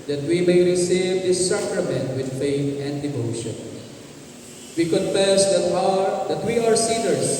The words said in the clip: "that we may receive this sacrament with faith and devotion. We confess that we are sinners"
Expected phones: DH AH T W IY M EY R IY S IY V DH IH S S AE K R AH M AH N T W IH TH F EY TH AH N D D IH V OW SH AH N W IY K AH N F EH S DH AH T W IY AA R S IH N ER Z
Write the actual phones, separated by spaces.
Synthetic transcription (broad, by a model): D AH T W IY M EY R IY S IY V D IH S S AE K R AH M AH N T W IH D F EY T AH N D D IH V OW SH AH N W IY K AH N F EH S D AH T W IY AA R S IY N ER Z